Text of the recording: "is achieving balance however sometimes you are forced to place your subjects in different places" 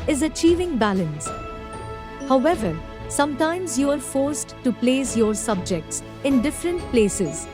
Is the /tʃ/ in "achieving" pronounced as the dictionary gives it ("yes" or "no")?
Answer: yes